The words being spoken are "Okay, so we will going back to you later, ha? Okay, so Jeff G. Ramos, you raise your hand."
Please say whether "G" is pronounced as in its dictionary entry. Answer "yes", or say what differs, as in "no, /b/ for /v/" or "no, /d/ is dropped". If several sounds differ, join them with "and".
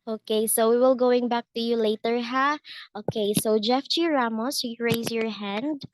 no, /tʃ/ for /dʒ/